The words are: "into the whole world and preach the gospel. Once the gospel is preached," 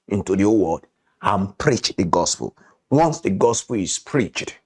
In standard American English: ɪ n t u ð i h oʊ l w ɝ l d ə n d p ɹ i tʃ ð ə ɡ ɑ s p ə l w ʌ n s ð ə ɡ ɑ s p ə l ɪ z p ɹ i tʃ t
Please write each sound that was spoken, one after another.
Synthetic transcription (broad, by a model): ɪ n t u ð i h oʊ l w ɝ d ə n p ɹ i tʃ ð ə ɡ ɑ s p ə l w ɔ n s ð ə ɡ ɑ s p ə l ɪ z p ɹ i tʃ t